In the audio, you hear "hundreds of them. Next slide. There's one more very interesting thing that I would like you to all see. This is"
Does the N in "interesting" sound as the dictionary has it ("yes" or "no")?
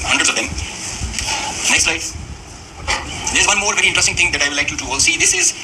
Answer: no